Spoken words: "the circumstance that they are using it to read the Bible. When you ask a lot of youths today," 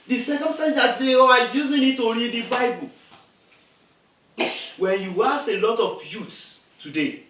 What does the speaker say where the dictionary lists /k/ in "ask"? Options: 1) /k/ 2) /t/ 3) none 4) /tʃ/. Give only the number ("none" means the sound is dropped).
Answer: 3